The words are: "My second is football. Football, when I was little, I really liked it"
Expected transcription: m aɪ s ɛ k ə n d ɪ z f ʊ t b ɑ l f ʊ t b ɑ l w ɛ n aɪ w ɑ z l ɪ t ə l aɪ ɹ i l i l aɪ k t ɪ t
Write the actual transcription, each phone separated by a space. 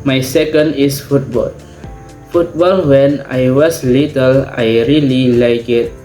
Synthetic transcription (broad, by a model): m aɪ s ɛ k ə n d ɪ s f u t b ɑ l f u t b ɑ l w ɛ n aɪ w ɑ s l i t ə l aɪ ɹ i l i l aɪ k ɪ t